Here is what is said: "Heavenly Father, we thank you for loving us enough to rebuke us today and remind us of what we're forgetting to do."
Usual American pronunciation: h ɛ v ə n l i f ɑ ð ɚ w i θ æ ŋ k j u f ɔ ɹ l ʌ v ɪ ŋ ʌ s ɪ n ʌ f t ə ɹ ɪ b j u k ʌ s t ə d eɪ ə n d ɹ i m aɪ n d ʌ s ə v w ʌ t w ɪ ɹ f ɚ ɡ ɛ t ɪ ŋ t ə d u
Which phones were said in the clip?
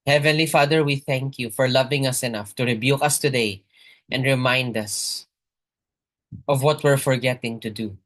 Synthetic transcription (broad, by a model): h ɛ v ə n l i f ɑ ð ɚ w i θ æ ŋ k j u f ɔ ɹ l ʌ v ɪ ŋ ʌ s ɪ n ʌ f t ə ɹ ɪ b j u k ʌ s t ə d eɪ ə n d ɹ i m aɪ n d ʌ s ə v w ʌ t w ɪ ɹ f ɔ ɡ ɛ t ɪ ŋ t ə d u